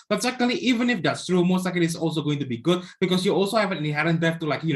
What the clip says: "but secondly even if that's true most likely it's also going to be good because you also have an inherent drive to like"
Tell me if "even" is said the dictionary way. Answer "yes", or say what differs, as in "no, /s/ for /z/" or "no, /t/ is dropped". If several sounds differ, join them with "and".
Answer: yes